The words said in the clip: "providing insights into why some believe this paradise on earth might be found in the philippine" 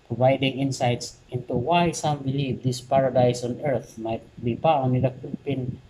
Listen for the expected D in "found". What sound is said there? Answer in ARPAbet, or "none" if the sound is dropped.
none